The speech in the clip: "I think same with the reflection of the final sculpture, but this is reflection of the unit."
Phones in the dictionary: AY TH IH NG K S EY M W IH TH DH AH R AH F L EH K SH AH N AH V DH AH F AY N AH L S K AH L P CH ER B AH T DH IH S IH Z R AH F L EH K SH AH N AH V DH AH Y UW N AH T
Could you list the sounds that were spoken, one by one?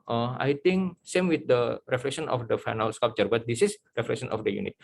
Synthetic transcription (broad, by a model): AY T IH NG K S EY M W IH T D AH R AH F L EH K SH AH N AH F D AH F AY N AH L S K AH P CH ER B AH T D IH S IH S R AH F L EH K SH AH N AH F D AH Y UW N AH T